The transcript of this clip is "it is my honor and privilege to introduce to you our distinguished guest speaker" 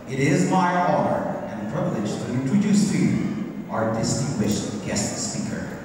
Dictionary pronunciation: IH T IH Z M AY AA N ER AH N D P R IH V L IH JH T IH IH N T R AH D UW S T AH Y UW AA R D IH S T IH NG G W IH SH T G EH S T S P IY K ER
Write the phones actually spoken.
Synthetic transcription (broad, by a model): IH T IH Z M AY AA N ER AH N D P R IH V L IH JH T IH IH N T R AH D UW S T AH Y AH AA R D IH S T IH NG G W IH SH T G EH S T S P IY K ER